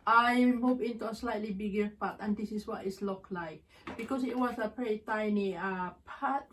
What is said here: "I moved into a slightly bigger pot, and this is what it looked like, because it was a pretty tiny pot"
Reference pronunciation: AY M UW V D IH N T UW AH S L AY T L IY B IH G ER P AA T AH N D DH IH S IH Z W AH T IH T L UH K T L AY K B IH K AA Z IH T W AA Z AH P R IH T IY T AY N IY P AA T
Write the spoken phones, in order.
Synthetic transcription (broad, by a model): AY M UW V IH N T UW AH S L AY T L IY B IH G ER P AA T AH N D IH S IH S W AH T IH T L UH K L AY K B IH K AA S IH T W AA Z AH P R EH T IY T AY N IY P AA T